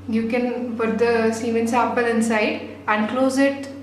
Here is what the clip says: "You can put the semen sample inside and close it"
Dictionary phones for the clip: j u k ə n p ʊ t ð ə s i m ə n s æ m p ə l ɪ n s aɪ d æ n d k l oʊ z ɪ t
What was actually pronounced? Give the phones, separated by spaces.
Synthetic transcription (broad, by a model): j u k ə n f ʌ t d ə s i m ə n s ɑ p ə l ɪ n s aɪ d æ n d k l oʊ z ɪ t